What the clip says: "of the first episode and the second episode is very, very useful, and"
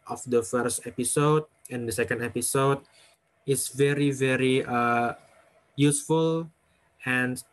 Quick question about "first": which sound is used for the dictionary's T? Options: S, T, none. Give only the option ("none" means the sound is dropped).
T